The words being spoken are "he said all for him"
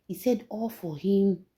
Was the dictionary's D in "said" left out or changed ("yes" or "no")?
no